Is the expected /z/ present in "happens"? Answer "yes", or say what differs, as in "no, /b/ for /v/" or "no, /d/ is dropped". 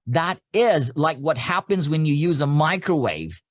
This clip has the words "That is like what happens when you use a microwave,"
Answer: yes